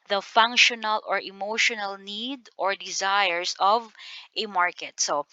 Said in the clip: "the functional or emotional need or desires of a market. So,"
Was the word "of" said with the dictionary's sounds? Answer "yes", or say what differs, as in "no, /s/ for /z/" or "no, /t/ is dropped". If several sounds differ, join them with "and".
yes